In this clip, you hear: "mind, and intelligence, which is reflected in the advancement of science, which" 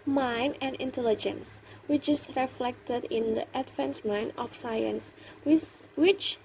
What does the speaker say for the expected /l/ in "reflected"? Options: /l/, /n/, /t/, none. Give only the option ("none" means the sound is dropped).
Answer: /l/